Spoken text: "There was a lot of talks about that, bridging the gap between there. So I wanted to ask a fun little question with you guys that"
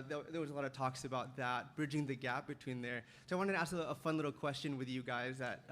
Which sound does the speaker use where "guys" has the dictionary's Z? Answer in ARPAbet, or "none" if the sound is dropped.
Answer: Z